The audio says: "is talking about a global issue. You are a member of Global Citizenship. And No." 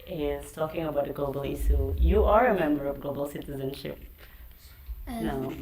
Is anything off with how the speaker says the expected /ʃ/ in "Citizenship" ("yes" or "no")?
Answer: no